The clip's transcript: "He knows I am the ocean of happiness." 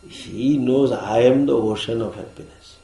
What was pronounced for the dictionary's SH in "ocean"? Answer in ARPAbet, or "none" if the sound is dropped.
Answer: SH